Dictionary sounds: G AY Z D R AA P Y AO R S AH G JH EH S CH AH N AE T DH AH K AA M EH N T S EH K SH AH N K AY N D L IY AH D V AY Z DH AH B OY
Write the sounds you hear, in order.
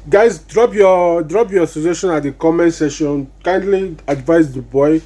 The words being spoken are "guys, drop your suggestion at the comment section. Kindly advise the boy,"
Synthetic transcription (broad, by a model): G AY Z D R AA P Y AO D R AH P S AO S SH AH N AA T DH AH K AA M EH N T S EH SH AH N K AY N D L IY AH D V AY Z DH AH B OY